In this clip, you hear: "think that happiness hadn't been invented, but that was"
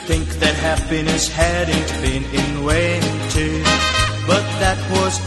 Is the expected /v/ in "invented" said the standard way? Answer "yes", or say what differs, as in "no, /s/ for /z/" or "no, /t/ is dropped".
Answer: no, /w/ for /v/